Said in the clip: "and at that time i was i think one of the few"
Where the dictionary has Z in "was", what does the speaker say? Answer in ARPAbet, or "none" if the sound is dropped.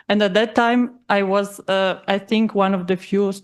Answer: Z